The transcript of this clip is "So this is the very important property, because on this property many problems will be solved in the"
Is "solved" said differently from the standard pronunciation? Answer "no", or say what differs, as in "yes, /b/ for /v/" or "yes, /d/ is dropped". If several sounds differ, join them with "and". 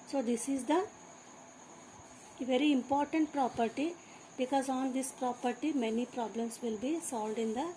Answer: no